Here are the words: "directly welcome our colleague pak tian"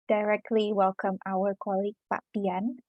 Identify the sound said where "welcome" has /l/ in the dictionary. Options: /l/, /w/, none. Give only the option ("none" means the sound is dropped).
/l/